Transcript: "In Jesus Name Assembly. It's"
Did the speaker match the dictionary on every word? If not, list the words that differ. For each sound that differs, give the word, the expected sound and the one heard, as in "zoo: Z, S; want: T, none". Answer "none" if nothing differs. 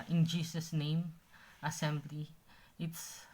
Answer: jesus: Z, S